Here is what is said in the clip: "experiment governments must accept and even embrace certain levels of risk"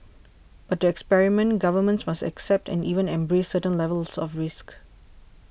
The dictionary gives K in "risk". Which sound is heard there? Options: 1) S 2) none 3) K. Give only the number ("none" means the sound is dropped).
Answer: 3